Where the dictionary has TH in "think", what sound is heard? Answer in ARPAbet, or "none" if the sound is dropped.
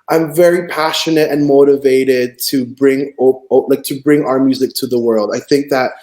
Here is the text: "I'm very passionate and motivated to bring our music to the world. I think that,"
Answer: TH